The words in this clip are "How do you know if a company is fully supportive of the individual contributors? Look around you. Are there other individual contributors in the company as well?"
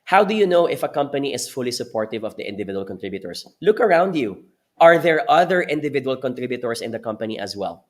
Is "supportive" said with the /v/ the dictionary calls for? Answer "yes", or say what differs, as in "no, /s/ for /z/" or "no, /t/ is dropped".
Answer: yes